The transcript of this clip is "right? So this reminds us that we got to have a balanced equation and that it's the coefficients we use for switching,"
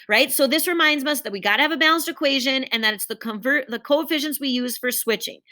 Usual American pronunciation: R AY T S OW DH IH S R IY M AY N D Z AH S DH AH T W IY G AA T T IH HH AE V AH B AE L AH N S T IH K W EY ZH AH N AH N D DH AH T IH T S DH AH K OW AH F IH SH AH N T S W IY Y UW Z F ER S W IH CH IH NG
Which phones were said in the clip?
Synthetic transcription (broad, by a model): R AY T S OW DH IH S R IY M AY N D Z AH S DH AH T W IY G AA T T IH V AH B AE L AH N S T IH K W EY ZH AH N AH N DH AH T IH T S DH AH K OW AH F IH SH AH N S W IY Y UW Z F ER S W IH CH IH NG